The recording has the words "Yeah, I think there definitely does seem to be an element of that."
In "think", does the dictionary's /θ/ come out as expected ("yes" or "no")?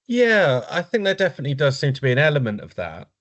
yes